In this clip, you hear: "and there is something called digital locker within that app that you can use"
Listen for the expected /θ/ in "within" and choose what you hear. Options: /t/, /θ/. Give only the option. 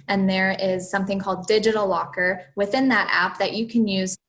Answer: /θ/